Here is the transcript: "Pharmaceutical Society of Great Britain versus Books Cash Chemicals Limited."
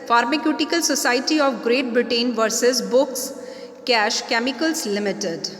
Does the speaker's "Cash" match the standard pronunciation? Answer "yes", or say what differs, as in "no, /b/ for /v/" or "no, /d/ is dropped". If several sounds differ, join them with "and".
yes